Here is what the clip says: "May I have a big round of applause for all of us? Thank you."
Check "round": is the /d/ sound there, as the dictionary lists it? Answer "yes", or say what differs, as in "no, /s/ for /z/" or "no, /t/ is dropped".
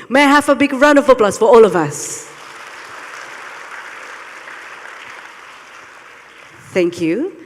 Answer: no, /d/ is dropped